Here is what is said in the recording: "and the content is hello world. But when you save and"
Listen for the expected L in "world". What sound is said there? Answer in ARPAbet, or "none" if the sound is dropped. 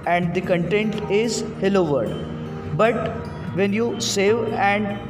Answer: none